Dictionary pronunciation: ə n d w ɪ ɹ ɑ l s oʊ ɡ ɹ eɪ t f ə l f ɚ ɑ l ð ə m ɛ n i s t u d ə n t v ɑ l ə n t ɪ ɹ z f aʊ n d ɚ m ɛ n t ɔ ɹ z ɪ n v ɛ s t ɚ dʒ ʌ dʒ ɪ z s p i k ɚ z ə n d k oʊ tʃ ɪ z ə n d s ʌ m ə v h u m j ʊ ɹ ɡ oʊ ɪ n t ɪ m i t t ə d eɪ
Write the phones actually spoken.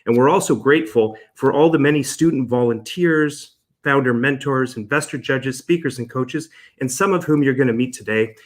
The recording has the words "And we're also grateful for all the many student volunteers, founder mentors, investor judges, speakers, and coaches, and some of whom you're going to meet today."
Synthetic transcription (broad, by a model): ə n w ɪ ɹ ɑ l s oʊ ɡ ɹ eɪ t f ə l f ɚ ɑ l ð ə m ɛ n i s t u d n t v ɑ l ə n t ɪ ɹ z f aʊ n d ɚ m ɛ n t ɔ ɹ z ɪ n v ɛ s t ɚ dʒ ʌ dʒ ɪ z s p i k ɚ z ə n k oʊ tʃ ɪ z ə n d s ʌ m ə v h u m j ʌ ɹ ɡ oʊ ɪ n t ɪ m i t t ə d eɪ